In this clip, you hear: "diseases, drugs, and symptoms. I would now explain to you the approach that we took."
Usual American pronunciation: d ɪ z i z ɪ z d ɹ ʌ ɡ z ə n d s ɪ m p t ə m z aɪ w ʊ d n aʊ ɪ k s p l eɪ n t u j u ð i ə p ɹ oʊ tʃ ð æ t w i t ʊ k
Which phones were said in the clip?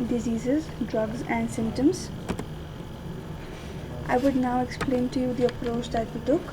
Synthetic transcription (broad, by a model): d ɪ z i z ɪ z d ɹ ʌ ɡ z ə n d s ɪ m p t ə m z aɪ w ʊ d n aʊ ɪ k s p l eɪ n t u j u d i ə p ɹ oʊ tʃ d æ t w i t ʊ k